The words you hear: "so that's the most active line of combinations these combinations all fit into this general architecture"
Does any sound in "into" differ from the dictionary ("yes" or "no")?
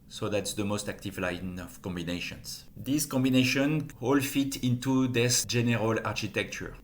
no